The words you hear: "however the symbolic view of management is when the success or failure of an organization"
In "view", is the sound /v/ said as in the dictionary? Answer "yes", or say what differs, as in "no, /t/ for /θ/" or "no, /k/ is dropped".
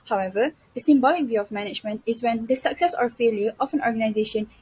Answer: yes